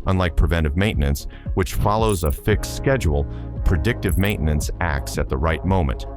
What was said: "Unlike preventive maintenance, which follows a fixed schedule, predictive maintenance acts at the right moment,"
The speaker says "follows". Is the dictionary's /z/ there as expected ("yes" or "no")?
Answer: yes